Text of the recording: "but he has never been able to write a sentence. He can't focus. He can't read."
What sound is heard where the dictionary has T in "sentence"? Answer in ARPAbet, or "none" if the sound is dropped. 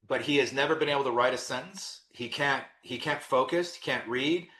S